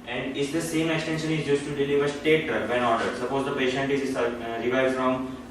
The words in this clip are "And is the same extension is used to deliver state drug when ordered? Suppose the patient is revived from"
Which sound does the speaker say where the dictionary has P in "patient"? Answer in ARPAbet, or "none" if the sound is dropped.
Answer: P